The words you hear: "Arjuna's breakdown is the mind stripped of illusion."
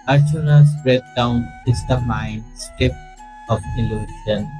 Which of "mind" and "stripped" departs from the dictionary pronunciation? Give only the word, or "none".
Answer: stripped